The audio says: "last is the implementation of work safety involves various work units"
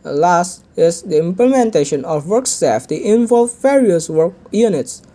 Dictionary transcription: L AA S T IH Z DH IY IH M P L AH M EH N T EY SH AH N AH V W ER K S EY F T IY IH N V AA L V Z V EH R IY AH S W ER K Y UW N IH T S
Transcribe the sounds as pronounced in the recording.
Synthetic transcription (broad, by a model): L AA S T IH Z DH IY IH M P L AH M EH N T EY SH AH N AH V W ER K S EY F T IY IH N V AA L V V EH R IY AH S W ER K Y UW N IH T S